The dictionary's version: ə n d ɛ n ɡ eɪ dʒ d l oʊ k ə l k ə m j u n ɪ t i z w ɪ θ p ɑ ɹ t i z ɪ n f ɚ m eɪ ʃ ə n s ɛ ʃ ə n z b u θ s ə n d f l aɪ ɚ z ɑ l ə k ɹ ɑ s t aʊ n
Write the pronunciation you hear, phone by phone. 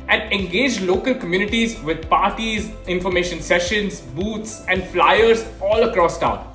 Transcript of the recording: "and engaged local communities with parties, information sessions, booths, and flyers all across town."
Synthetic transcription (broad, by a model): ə n d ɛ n ɡ eɪ dʒ l oʊ k ə l k ə m j u n ɪ t i z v ɪ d p ɑ ɹ t i z ɪ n f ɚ m eɪ ʃ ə n s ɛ ʃ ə n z b u t s ə n d f l aɪ ɚ z ɑ l ə k ɹ ɑ s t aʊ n